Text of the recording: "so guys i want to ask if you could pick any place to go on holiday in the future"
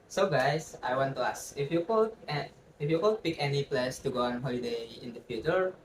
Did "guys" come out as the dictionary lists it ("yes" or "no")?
no